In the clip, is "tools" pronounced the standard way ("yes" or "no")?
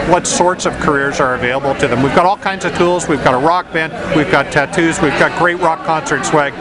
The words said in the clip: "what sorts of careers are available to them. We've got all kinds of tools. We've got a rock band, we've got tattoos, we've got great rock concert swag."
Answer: yes